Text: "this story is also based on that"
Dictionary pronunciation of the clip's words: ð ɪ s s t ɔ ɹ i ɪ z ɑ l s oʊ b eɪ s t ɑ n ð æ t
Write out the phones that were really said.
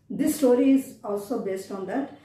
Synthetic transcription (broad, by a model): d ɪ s s t ɔ ɹ i ɪ z ɑ l s oʊ b eɪ s t ɑ n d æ t